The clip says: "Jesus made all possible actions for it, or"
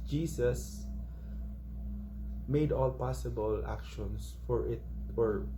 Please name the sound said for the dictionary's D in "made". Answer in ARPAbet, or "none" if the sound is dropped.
D